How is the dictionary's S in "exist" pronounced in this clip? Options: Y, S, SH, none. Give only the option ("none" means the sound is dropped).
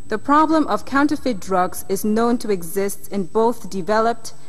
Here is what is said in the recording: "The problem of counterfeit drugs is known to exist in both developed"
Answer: S